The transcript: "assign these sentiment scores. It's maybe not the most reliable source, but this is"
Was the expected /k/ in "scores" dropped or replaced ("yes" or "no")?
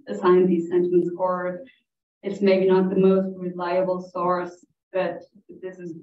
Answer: yes